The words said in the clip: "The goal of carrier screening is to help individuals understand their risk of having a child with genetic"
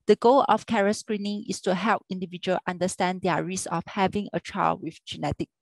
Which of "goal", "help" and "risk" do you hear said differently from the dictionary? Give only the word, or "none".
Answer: risk